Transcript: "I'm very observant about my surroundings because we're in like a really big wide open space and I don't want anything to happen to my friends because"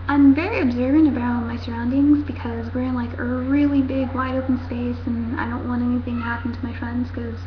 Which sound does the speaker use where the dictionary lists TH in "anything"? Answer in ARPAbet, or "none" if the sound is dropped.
TH